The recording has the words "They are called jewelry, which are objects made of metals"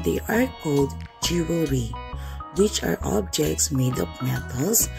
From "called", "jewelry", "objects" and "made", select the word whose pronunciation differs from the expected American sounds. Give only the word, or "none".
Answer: jewelry